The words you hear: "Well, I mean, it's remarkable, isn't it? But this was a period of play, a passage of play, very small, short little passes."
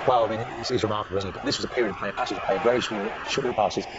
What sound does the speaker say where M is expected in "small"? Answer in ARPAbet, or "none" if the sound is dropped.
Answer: none